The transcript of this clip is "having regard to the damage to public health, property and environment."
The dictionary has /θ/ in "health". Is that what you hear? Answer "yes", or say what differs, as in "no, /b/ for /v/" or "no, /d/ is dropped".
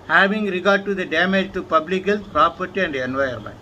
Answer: no, /s/ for /θ/